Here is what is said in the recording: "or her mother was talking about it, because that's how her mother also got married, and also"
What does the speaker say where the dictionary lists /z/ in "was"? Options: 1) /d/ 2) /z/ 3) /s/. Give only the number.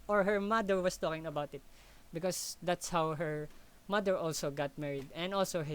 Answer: 3